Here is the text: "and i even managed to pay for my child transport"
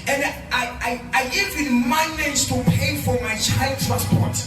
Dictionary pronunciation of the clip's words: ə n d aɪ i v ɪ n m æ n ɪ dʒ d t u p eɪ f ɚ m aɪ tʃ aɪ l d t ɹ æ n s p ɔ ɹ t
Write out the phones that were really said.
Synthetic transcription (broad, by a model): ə n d aɪ i v ɪ n m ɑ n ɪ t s t u p eɪ f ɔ m aɪ tʃ aɪ l d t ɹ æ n s p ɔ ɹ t